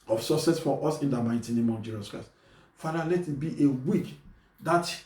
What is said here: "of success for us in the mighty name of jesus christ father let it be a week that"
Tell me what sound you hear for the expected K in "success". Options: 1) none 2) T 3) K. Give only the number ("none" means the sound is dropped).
1